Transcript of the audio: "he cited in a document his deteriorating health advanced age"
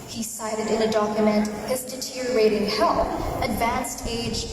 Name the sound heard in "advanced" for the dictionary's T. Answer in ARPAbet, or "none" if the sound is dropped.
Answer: T